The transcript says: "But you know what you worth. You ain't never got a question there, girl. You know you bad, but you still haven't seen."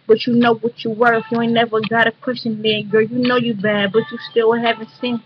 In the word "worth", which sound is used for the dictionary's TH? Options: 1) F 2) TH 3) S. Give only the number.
1